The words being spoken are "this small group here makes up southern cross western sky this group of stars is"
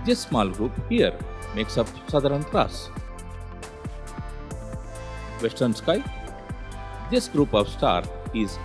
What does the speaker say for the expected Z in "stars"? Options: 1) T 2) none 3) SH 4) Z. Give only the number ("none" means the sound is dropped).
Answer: 2